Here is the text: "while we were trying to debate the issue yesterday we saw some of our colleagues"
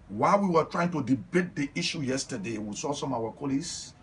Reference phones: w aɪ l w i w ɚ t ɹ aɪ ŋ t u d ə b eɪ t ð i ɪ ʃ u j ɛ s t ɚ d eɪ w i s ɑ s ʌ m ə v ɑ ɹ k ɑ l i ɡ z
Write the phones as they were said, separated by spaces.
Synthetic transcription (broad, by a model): w aɪ l w i w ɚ t ɹ aɪ ŋ t u d ə b eɪ t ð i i ʃ u j ɛ s t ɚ d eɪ w i s ɑ s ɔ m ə w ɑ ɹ k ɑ l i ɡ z